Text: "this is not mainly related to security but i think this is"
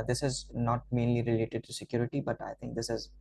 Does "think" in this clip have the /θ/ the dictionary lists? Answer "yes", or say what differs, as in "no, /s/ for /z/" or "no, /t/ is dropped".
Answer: no, /t/ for /θ/